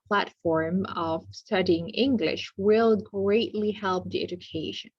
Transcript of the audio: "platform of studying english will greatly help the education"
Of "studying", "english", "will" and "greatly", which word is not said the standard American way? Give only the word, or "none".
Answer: none